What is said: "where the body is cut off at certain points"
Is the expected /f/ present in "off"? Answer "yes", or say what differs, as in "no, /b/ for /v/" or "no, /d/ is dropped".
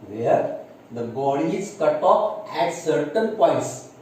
no, /p/ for /f/